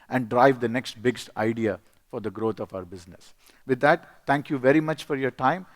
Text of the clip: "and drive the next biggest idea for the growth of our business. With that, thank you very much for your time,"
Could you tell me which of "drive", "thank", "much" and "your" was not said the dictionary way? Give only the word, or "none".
thank